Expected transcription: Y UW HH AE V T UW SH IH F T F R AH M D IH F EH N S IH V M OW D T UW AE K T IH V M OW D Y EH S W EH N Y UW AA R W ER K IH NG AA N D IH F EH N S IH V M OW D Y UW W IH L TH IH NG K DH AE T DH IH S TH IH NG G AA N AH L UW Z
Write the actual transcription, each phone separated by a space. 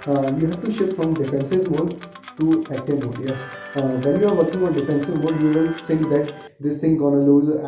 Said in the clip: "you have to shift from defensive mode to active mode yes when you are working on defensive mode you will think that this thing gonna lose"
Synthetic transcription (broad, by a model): Y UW HH AE V T UW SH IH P F R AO M D IH F EH N S IH V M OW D T UW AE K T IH M OW D Y EH S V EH N Y UW AA R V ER K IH NG AA N D IH F EH N S IH V M OW D Y UW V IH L S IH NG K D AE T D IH S T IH NG G AA N AH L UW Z